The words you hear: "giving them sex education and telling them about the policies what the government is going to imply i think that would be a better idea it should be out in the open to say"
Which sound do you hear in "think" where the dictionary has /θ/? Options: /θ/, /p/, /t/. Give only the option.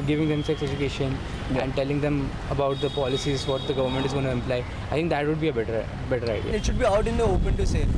/t/